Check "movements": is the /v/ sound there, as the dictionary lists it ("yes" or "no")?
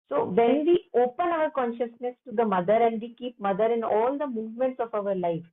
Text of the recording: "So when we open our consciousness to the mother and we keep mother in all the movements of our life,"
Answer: yes